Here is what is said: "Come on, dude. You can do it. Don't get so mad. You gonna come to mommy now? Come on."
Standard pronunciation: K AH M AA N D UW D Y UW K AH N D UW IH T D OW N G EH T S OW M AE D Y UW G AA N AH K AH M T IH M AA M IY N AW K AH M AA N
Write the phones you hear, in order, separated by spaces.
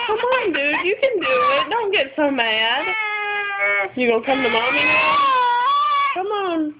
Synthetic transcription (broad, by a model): K AH M AA N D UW Y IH K AH N D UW IH T D OW N G EH T S OW M AE D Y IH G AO AH K AH M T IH M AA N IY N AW K AH M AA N